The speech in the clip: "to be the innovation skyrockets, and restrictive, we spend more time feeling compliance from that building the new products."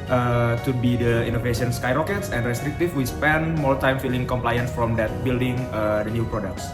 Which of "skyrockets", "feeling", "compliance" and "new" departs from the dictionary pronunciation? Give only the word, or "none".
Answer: none